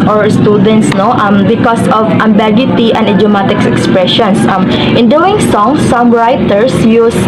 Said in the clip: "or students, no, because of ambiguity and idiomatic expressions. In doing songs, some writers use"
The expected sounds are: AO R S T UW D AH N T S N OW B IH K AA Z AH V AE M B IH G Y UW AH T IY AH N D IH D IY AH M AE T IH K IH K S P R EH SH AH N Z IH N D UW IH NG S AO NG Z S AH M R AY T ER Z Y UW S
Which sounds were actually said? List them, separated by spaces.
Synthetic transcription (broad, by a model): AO R S T UW D AH N T S N OW B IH K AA S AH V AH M B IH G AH T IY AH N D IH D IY M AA T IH K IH K S P R EH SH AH N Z IH N D UW IH NG S AO NG S AH M R AY T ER S Y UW S